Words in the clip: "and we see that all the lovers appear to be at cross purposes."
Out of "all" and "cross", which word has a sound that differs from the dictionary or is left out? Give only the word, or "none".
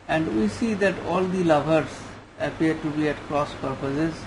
none